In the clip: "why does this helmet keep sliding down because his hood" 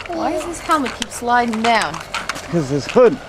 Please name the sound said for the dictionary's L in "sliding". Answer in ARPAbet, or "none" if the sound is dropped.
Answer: L